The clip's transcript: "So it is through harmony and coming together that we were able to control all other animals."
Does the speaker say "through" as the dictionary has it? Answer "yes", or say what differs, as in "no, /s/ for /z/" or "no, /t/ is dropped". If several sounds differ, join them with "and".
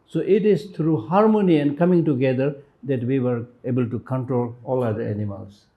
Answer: no, /t/ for /θ/